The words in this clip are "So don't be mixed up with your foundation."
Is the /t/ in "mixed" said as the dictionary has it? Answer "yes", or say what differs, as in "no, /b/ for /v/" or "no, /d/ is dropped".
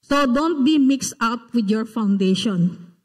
yes